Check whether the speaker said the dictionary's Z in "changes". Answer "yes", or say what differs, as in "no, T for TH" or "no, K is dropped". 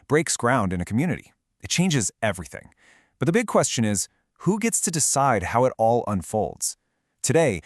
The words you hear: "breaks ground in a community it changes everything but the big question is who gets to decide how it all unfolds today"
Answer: yes